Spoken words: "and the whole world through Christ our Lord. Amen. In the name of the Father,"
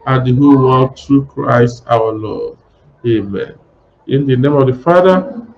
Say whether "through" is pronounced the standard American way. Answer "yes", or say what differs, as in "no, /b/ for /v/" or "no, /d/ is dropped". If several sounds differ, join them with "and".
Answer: no, /t/ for /θ/